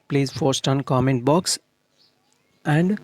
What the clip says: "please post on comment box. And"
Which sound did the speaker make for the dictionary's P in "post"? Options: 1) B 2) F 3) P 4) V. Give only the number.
2